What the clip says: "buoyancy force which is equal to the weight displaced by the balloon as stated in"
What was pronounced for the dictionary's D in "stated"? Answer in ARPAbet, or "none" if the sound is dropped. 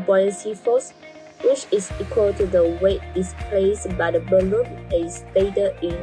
none